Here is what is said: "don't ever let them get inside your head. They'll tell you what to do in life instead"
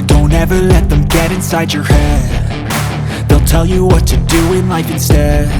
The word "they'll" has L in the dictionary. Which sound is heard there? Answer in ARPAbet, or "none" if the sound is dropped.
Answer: L